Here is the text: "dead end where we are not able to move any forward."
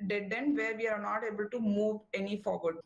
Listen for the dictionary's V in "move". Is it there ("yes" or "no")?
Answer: yes